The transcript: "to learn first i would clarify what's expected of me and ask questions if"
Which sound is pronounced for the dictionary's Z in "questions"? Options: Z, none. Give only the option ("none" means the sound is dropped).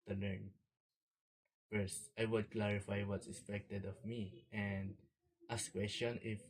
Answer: none